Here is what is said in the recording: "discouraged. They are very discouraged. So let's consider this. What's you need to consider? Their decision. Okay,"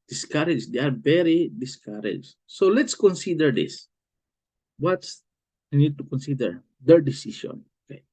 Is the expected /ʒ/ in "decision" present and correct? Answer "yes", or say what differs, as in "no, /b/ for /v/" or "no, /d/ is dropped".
no, /ʃ/ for /ʒ/